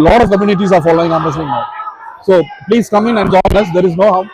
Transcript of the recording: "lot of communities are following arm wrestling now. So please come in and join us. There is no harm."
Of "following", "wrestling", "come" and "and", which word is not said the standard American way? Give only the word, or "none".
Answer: wrestling